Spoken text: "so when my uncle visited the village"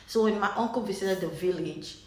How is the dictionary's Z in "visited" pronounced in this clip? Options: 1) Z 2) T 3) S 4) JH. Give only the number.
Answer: 3